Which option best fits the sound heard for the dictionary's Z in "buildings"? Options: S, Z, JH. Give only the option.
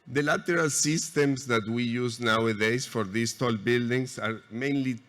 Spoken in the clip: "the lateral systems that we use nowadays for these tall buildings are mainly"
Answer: S